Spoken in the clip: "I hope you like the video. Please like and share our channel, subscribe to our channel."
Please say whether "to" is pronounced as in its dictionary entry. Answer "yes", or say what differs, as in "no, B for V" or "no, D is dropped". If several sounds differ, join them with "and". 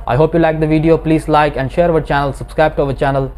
yes